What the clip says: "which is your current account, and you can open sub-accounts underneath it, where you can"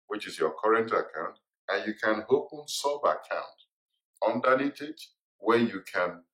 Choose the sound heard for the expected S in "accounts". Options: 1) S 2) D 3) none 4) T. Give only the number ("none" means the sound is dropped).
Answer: 3